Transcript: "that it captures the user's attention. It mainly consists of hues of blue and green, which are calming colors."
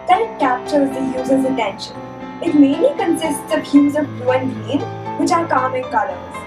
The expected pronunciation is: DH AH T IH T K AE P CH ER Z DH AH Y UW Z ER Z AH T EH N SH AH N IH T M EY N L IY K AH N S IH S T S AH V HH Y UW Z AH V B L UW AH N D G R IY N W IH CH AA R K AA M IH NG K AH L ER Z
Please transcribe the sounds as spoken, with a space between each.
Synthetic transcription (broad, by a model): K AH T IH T K AE P CH ER Z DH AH Y UW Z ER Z AH T EH N SH AH N IH T M EY N L IY K AH N S IH S T S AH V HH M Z AH V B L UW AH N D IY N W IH CH AA R K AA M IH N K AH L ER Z